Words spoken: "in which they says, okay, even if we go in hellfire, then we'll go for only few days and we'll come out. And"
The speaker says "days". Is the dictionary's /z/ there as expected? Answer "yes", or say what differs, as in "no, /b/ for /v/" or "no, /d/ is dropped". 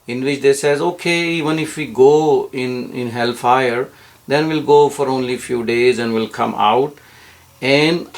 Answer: yes